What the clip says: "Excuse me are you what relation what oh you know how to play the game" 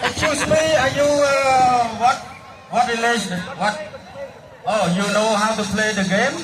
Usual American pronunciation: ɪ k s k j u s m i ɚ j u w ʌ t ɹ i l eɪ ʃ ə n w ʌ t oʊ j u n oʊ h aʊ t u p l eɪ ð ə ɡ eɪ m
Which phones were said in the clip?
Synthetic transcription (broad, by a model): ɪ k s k j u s m i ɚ j u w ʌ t w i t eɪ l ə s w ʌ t oʊ j u n oʊ h aʊ t u p l eɪ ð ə ɡ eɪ m